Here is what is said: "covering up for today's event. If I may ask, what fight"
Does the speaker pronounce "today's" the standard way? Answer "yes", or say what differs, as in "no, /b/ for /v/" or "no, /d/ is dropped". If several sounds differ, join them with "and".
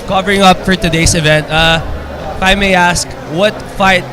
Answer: no, /s/ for /z/